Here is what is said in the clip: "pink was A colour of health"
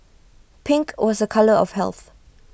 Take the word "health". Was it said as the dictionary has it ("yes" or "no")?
yes